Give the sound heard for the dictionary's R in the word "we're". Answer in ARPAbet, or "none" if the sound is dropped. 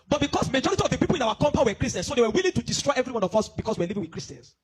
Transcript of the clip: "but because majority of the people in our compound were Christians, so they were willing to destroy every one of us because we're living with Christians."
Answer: W